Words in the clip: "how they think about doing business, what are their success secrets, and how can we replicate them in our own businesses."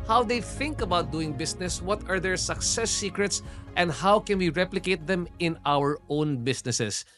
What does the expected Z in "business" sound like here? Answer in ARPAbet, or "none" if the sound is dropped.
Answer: S